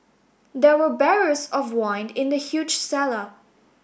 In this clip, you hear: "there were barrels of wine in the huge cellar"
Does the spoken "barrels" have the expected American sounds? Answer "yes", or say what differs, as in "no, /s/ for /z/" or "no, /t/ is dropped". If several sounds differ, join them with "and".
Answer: no, /l/ is dropped